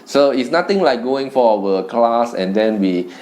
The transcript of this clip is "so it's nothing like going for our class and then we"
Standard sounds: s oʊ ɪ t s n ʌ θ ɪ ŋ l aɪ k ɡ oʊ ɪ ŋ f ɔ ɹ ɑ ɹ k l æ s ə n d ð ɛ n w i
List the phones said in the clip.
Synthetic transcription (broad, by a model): s oʊ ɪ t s n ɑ t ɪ ŋ l aɪ k ɡ oʊ ɪ ŋ f ɔ w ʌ k l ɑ s ə n d ɛ n w i